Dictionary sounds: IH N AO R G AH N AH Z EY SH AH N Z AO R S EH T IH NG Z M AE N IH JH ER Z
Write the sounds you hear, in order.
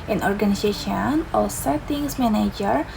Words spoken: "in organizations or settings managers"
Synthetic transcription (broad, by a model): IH N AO R G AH N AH S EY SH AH N AO L S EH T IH NG S M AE N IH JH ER